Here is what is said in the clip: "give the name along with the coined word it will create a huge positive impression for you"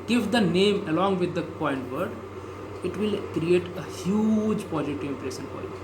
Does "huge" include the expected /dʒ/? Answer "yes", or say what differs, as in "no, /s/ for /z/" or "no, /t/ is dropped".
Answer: yes